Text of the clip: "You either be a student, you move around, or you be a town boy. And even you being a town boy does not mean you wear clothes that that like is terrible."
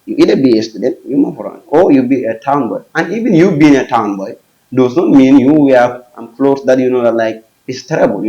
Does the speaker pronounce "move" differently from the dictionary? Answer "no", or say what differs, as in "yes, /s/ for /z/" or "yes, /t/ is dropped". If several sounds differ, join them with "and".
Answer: yes, /f/ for /v/